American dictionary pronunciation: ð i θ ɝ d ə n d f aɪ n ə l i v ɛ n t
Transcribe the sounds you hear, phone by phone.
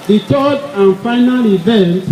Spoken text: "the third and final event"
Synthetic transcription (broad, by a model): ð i t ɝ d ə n f aɪ n ə l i v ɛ n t